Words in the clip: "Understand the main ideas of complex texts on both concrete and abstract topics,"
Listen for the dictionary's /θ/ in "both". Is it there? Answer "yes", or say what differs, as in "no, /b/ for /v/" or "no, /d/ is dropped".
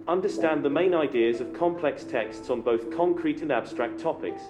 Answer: yes